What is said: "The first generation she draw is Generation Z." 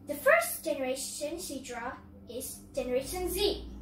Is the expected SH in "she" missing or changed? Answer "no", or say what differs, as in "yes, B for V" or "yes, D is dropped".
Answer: yes, S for SH